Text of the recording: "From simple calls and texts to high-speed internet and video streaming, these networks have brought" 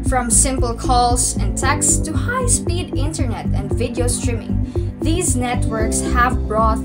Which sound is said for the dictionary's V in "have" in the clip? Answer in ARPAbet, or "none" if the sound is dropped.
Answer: V